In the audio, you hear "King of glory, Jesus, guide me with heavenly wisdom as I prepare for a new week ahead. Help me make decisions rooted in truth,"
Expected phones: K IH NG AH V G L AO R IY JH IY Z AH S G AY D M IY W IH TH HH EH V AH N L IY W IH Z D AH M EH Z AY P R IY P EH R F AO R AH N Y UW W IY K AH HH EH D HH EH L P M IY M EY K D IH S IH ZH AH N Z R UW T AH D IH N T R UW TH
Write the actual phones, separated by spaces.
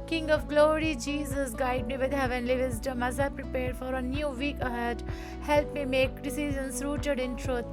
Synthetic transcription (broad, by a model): K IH NG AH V G L AO R IY JH IY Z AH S G AY D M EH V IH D HH EH V AH N L IY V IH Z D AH M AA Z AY P R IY P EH R F AO R AH N Y UW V IY K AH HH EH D HH EH L P M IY M EY K D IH S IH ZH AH N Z R UW T AH D IH N T R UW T